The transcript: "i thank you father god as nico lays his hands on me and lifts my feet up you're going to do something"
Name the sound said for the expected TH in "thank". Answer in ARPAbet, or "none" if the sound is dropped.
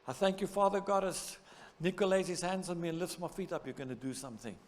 TH